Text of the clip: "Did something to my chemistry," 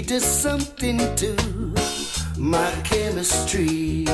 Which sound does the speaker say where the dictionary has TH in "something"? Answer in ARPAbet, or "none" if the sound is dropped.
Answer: TH